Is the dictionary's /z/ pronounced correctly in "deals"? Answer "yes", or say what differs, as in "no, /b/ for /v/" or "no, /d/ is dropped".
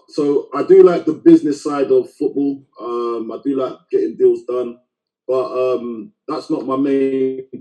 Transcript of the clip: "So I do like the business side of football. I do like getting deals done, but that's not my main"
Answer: yes